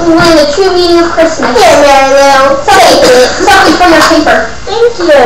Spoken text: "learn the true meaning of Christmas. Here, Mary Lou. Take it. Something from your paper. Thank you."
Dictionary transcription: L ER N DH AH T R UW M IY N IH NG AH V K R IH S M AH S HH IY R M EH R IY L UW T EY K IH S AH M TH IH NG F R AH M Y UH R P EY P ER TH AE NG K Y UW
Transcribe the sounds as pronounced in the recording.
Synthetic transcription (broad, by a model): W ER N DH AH T R UW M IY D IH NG AH V K R IH S M AH S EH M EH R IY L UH S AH IH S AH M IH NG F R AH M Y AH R P EY P ER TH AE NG K Y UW